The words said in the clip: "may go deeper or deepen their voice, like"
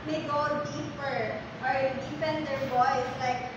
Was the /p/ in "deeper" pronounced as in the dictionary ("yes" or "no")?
yes